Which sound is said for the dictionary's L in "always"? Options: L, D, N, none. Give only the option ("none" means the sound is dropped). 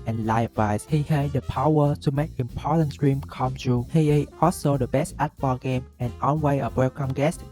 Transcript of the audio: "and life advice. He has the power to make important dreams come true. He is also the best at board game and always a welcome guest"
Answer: N